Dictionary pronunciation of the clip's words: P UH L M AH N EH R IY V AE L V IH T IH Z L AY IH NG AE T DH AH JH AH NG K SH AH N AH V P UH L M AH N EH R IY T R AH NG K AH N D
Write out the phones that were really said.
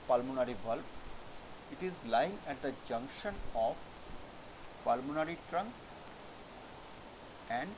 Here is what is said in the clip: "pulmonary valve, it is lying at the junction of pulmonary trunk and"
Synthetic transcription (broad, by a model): P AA L M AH N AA R IY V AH L P IH T IH Z L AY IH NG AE T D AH JH AH NG K SH AH N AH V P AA L M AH N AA R IY T R AH NG K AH N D